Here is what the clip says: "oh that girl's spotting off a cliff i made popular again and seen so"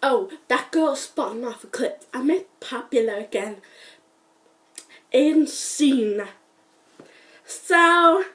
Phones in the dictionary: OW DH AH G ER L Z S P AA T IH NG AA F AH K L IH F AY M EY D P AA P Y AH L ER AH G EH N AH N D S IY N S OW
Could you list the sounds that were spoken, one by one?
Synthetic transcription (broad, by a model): OW DH AH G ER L S P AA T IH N AA F AH K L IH P AY M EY P AA P Y AH L ER AH G EH N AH N S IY N S OW